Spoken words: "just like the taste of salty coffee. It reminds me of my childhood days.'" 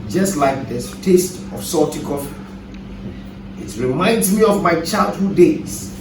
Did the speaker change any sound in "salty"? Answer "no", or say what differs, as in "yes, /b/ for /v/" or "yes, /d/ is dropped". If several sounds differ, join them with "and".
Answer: yes, /l/ is dropped